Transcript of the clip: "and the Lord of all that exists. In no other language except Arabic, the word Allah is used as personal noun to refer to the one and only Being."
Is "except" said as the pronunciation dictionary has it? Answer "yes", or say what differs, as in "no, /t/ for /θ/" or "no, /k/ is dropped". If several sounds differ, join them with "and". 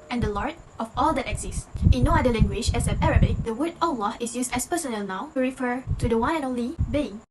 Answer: no, /k/ is dropped